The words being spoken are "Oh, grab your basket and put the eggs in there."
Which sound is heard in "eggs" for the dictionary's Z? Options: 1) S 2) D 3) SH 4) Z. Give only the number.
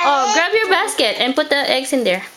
1